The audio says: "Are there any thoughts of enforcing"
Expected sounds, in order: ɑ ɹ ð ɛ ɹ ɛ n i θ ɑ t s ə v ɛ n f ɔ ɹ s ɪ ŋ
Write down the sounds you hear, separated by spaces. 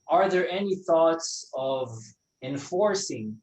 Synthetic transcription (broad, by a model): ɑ ɹ ð ɛ ɹ ɛ n i θ ɑ t s ə v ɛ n f ɔ ɹ s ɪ ŋ